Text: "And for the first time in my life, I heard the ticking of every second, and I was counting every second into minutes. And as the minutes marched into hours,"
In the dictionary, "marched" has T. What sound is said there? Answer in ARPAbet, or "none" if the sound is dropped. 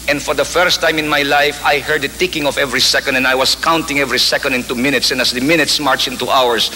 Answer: none